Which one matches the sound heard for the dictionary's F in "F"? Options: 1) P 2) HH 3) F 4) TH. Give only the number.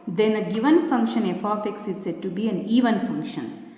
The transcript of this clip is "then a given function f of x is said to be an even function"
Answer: 3